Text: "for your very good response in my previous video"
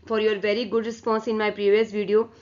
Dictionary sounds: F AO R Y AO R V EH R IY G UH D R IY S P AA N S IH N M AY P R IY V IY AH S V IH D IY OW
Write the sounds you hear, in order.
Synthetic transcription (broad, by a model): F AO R Y AO R V EH R IY G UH D R IY S P AA N S IH N M AY P R IY V IY AH S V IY D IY OW